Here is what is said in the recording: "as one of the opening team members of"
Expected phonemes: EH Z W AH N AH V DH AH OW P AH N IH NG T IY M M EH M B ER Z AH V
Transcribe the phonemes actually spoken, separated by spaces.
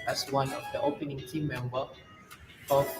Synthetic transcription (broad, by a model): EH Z W AH N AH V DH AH OW P AH N IH NG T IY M M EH M B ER AH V